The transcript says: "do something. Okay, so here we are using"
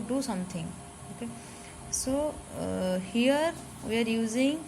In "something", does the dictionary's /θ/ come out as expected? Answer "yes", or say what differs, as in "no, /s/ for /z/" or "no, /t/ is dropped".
no, /t/ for /θ/